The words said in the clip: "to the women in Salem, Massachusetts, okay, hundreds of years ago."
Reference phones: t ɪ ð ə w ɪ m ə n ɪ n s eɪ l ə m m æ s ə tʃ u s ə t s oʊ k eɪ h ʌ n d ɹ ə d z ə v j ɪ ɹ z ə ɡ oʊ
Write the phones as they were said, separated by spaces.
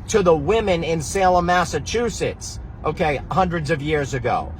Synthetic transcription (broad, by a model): t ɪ ð ə w ɪ m ə n ɪ n s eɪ l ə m m æ s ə tʃ u s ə t s oʊ k eɪ h ʌ n d ɹ ə d z ə v j ɪ ɹ z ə ɡ oʊ